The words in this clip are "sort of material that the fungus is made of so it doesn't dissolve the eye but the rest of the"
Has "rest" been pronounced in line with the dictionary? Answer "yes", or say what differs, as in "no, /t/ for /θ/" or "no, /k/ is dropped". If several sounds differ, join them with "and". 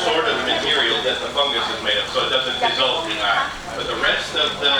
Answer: yes